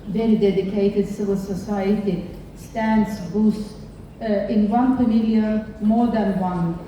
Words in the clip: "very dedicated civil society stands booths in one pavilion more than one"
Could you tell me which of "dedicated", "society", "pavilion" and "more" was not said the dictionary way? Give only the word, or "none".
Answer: pavilion